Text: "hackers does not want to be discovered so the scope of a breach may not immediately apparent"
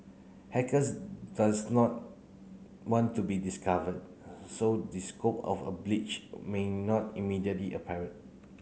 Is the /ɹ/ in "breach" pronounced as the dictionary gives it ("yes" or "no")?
no